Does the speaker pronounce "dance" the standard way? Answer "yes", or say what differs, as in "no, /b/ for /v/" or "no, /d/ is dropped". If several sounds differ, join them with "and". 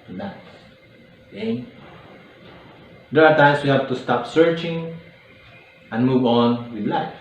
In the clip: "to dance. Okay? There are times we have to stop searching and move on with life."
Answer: no, /n/ is dropped